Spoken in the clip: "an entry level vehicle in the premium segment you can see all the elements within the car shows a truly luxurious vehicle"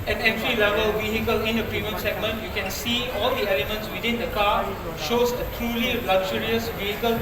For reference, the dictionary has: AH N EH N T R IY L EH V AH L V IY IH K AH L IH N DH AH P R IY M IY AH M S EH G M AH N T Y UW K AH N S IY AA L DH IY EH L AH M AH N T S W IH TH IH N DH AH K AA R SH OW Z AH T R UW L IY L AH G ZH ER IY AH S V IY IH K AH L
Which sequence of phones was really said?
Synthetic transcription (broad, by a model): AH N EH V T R IY L EH V AH L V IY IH K AH L IH N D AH P R IY M IY AH M S EH G M AH N T Y UW K AH N S IY AA L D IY EH L AH M AH N T S W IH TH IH N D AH K AA SH OW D AH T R UW L IY L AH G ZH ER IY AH S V IY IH K AH L